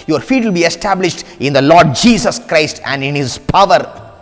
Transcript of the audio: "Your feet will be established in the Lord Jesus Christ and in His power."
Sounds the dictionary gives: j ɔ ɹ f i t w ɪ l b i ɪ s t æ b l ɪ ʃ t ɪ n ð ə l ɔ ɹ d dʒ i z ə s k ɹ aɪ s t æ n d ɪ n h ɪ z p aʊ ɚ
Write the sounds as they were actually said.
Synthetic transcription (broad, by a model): j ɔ ɹ f i t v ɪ l b i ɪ s t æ b l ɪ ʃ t ɪ n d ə l ɔ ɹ d dʒ i s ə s k ɹ aɪ s t æ n d ɪ n h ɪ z p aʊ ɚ